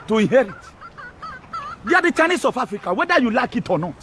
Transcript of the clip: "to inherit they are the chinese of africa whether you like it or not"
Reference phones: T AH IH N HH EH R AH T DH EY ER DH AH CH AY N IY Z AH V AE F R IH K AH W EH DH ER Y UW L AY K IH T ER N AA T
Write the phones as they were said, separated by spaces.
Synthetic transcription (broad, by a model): T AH IH N HH EH R AH T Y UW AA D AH CH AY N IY S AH F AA F R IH K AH W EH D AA Y UW L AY K IH T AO N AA